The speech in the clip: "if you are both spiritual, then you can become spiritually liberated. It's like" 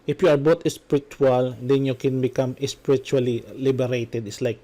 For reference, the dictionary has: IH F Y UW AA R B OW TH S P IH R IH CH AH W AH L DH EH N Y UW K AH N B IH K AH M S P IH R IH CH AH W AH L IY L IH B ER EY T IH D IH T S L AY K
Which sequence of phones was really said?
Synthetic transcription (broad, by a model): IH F Y UW AA R B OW T S P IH R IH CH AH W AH L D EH N Y UW K AH N B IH K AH M S P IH R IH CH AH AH L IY L IH B ER EY T IH D IH T S L AY K